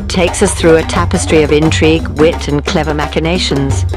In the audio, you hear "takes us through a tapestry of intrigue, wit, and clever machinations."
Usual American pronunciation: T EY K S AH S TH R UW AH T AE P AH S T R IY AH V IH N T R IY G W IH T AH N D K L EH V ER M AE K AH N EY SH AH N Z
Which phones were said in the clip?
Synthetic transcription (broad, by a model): T EY K S AH S TH R UW AH T AE P AH S T R IY AH V IH N T R IY G W IH T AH N K L EH V ER M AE K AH N EY SH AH N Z